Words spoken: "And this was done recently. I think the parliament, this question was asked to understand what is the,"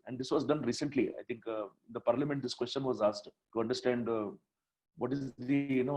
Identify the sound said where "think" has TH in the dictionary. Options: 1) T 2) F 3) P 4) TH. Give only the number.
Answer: 1